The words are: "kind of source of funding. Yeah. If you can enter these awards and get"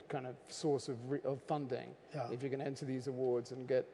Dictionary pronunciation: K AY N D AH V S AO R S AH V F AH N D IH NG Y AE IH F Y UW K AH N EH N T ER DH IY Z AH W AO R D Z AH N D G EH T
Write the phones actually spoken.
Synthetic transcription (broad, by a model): K AY N D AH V S AO R S AH V F AH N D IH NG Y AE IH F Y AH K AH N EH N T ER DH IY Z AH W AO R D Z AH N G EH T